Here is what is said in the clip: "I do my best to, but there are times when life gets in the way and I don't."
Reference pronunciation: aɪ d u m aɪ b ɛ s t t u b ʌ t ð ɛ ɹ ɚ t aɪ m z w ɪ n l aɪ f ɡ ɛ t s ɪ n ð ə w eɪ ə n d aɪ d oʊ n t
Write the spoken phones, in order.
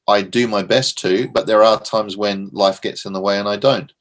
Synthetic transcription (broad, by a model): aɪ d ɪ m aɪ b ɛ s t t u b ʌ t ð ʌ ɹ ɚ t aɪ m z w ɪ n l aɪ f ɡ ɛ t s ɪ n ð ə w eɪ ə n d aɪ d oʊ n t